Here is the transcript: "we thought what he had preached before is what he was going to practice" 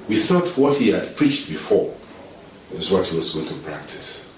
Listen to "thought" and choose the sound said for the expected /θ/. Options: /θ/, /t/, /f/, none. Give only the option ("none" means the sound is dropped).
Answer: /θ/